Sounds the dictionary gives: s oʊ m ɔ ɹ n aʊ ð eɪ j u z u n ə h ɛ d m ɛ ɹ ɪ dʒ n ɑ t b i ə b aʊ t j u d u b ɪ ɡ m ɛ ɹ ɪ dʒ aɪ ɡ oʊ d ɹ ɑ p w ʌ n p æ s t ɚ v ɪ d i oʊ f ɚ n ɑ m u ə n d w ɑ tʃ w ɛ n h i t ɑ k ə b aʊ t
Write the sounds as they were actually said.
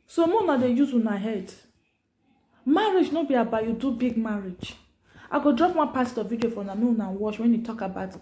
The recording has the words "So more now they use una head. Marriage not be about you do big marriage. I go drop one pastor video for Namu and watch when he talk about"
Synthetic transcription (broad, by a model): s oʊ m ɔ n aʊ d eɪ j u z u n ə h ɛ d m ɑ ɹ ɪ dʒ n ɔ b i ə b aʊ j u d u b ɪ ɡ m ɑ ɹ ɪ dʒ aɪ ɡ oʊ d ɹ ɑ p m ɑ p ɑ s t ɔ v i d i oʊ f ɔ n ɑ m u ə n w ɑ ʃ w ɛ n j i t ɑ k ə b aʊ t